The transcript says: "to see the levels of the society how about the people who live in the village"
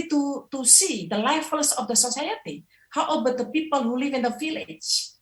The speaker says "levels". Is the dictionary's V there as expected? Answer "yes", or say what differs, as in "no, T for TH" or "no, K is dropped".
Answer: no, F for V